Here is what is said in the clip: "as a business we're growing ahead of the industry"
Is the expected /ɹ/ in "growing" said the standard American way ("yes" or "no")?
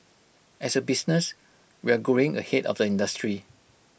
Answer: no